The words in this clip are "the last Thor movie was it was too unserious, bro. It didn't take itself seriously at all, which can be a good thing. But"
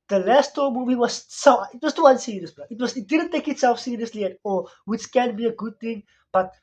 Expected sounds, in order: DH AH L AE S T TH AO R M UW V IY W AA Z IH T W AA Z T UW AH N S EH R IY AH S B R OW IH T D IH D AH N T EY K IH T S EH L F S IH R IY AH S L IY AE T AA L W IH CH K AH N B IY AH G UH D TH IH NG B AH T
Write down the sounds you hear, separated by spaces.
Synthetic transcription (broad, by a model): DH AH L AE S T T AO M UW V IY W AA S IH T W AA S T UW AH N S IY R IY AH S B W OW IH T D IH D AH N T EY K IH T S EH L F S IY R IY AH S L IY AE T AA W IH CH K AH N B IY AH G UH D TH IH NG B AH T